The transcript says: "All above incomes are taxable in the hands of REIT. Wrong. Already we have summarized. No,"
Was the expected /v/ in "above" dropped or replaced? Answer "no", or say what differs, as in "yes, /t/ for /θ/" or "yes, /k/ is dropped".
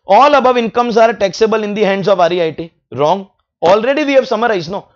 no